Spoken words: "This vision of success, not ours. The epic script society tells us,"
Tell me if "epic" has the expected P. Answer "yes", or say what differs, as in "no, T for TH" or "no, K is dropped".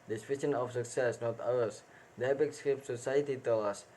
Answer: no, B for P